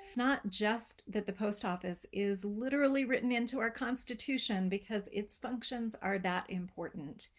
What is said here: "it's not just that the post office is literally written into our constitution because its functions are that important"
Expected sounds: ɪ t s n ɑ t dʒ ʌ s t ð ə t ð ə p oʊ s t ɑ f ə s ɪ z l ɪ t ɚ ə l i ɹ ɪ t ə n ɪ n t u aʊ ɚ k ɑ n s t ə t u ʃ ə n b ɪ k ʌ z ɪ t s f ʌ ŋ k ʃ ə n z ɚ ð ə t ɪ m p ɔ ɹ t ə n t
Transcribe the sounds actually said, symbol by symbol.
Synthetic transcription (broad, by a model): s n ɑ t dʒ ʌ s ð ə t ð ə p oʊ s t ɑ f ə s ɪ z l ɪ t ɚ l i ɹ ɪ t n ɪ n t u aʊ ɚ k ɑ n s t ə t u ʃ ə n b ɪ k ʌ z ɪ t s f ʌ ŋ k ʃ ə n z ɚ ð ə t ɪ m p ɔ ɹ t n t